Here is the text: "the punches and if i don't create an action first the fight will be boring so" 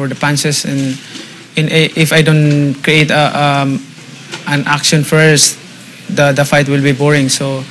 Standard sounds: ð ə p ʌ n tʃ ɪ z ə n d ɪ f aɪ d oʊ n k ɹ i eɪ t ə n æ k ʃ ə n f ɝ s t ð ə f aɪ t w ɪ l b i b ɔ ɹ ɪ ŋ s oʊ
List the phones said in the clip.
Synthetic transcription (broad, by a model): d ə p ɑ n s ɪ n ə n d ɪ f aɪ d oʊ n k ɹ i eɪ t ə n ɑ k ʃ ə n f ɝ s t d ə f aɪ t w ɪ l b i b ɔ ɹ ɪ ŋ s oʊ